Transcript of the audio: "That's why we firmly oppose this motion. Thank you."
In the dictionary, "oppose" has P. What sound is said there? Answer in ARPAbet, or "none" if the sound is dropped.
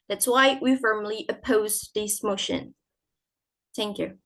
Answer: P